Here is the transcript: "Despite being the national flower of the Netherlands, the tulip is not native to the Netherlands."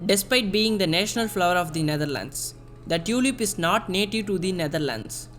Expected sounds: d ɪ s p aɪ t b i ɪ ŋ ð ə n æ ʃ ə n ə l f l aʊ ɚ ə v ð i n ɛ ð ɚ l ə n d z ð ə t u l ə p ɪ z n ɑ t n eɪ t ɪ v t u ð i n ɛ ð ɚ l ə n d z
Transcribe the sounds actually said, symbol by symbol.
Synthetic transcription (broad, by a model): d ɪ s p aɪ t b i ɪ ŋ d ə n æ ʃ ə n ə l f l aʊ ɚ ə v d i n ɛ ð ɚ l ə n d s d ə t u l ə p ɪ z n ɑ t n eɪ t ɪ v t u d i n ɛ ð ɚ l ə n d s